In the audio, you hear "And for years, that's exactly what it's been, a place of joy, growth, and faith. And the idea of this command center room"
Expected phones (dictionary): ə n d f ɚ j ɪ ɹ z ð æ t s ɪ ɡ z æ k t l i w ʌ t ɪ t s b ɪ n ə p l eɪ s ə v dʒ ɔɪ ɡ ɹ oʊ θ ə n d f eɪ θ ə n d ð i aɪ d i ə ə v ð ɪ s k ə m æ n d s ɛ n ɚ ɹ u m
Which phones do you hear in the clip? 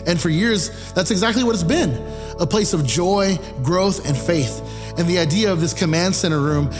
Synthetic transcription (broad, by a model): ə n f ɚ j ɪ ɹ z ð æ t s ɪ ɡ z æ k t l i w ʌ t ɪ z b ɪ n ə p l eɪ s ə v dʒ ɔɪ ɡ ɹ oʊ θ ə n f eɪ θ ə n ð i aɪ d i ə ə v ð ɪ s k ə m æ n d s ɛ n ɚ ɹ u m